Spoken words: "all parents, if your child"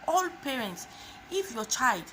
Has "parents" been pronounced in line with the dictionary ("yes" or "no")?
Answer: yes